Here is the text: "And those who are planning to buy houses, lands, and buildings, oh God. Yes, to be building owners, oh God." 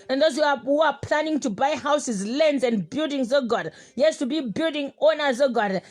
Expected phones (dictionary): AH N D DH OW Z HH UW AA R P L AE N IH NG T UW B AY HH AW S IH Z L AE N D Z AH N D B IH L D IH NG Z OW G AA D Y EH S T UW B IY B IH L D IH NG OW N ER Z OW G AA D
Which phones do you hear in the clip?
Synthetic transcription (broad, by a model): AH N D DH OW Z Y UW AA W P L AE N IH NG T UW B AY HH AW S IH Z L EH N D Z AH N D B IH L D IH NG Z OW G AA D Y EH S T UW B IY B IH L D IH NG OW N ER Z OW G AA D